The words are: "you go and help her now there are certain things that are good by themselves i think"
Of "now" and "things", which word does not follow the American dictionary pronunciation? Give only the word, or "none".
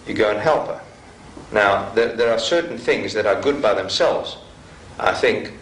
none